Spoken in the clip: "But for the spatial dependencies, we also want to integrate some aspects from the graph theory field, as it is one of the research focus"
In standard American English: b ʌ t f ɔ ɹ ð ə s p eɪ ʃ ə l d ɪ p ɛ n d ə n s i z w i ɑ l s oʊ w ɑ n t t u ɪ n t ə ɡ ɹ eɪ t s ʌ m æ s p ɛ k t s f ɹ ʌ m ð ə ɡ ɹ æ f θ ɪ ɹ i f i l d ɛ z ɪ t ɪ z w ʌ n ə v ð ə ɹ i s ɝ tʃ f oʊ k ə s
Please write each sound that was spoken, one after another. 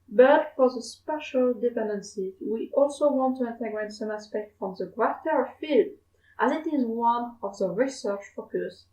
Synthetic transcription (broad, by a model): b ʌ t f ɔ ɹ ð ə s p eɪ ʃ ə l d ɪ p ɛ n d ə n s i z w i ɑ l s oʊ w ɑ n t t u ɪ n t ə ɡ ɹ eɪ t s ʌ m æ s p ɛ k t f ɹ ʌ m ð ə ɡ ɹ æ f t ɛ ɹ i f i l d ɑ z ɪ t ɪ z w ʌ n ə v ð ə ɹ i s ɝ tʃ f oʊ k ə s